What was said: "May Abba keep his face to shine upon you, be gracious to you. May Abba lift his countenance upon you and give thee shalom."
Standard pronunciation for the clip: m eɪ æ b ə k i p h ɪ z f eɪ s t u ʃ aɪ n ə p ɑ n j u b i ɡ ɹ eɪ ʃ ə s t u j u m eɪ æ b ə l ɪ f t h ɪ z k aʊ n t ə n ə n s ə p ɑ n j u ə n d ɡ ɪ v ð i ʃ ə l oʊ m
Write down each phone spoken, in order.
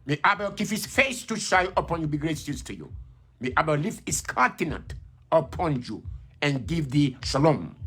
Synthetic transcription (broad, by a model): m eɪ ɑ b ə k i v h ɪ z f eɪ s t u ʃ aɪ ə p ɑ n j u b i ɡ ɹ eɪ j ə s t u j u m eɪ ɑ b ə l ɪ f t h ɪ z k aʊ t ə n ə n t ə p ɑ n j u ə n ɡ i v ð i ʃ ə l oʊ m